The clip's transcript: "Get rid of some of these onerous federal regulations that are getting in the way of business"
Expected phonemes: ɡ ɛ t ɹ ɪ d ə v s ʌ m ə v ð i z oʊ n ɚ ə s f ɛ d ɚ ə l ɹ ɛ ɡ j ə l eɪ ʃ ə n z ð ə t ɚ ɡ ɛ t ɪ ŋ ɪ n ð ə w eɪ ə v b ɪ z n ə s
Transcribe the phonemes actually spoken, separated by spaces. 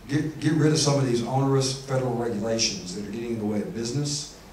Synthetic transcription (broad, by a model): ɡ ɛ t ɹ ɪ d ə v s ʌ m ə v ð i z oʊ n ɚ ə s f ɛ d ɚ l ɹ ɛ ɡ j ə l eɪ ʃ ə n z ð ə t ɚ ɡ ɛ t ɪ ŋ ð ə w eɪ ə v b ɪ z n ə s